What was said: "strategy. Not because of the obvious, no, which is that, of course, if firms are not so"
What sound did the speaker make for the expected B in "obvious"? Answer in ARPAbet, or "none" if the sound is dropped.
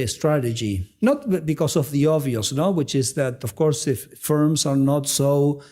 none